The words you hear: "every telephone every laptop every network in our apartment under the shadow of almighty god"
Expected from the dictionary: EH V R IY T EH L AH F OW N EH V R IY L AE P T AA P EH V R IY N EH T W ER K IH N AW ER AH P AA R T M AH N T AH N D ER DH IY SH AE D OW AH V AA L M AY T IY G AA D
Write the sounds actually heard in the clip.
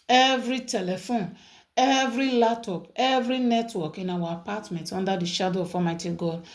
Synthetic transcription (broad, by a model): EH V R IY T EH L AH F OW N EH V R IY L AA T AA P EH V R IY N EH T W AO K IH N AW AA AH P AA T M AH N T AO N D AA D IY SH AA D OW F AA M AY T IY G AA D